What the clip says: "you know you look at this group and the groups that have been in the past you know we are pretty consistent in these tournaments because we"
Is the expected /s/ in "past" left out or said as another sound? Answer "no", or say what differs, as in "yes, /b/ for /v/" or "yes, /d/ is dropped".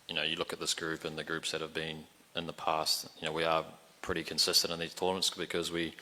no